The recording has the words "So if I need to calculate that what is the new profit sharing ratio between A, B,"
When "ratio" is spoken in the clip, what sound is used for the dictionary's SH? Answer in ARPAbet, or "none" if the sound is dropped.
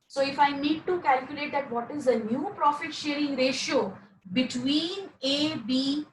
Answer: SH